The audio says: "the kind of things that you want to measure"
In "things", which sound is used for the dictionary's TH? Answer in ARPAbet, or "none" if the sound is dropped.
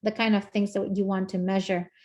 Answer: TH